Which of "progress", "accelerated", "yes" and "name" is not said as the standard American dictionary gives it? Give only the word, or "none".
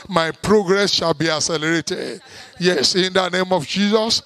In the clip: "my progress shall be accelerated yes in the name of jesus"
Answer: accelerated